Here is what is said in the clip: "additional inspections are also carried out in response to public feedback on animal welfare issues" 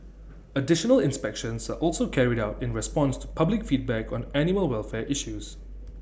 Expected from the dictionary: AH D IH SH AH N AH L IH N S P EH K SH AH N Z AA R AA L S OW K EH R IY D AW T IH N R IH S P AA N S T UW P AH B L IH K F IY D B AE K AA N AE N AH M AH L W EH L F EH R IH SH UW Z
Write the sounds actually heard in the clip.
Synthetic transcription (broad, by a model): AH D IH SH AH N AH L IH N S P EH K SH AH N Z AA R AA L S OW K EH R IY D AW T IH N R IH S P AA N S T UW P AH B L IH K F IY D B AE K AA N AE N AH AH L W EH L F EH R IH SH UW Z